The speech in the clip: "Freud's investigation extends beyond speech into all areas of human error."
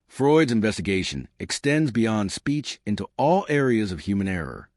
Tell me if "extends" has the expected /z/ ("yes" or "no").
yes